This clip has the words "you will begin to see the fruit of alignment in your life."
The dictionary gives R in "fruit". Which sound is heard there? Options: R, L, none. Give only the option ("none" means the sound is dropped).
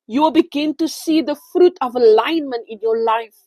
R